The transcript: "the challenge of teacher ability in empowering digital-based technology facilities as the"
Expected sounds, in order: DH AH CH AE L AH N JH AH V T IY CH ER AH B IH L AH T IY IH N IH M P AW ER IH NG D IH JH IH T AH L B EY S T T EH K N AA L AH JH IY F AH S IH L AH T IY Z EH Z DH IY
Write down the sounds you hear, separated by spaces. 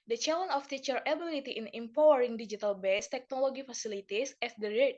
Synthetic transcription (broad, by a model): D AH CH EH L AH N AH F T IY CH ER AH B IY L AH T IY IH N IH M P AW ER IH NG D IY JH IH T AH L B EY S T T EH K N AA L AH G IY F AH S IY L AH T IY S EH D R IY